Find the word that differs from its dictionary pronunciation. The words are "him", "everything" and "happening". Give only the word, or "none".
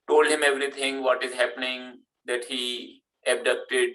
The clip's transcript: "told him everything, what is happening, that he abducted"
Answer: everything